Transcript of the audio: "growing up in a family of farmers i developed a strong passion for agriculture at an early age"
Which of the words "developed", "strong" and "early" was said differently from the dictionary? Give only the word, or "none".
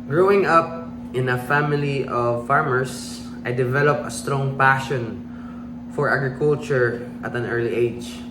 developed